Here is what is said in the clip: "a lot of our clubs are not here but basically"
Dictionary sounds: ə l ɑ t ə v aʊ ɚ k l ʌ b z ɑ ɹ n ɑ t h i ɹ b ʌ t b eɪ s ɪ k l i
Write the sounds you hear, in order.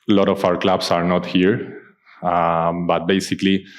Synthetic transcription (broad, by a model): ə l ɑ t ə f aʊ ɚ k l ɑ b s ɑ ɹ n ɑ t h i ɹ b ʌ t b eɪ s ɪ k l i